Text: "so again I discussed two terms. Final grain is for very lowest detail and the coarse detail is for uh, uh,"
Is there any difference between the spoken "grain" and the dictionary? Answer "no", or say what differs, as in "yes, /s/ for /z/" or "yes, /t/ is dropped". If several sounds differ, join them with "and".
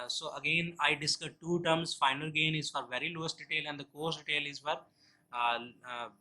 yes, /ɹ/ is dropped